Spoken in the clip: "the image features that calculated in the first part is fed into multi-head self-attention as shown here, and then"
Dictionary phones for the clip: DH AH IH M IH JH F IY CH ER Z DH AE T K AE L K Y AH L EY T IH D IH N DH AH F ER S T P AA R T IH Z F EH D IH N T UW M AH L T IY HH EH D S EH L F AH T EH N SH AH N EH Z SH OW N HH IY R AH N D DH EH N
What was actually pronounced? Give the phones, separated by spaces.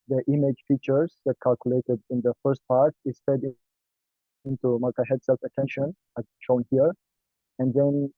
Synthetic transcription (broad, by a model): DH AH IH M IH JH F IY CH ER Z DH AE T K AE L K Y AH L EY T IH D IH N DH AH F ER S T P AA R T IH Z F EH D IH N T UW M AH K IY HH EH D S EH L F AH T EH N SH AH N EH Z SH OW N HH IY R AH N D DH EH N